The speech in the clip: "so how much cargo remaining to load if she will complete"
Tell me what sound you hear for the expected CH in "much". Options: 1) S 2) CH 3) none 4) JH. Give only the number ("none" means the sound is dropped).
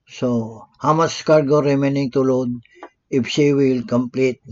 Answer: 1